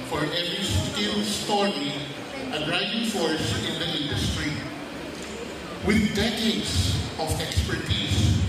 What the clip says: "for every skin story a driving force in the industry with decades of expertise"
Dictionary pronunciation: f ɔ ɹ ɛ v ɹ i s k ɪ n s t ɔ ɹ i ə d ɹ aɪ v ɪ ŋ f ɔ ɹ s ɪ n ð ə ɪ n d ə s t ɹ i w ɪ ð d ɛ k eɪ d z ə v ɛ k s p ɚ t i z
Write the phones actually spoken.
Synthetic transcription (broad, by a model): f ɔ ɹ ɛ v ɹ i s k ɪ l s t ɔ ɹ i ə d ɹ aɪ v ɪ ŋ f ɔ ɹ s ɪ n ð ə ɪ n d ə s t ɹ i w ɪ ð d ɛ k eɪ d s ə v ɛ k s p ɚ t i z